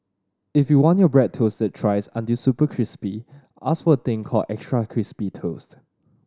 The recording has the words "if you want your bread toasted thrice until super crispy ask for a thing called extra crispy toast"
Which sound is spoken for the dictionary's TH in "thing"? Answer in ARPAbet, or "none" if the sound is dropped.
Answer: T